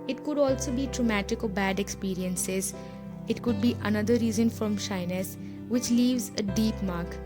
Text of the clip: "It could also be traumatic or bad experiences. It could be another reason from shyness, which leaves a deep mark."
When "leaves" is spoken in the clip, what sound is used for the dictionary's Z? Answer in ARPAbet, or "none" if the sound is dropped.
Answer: Z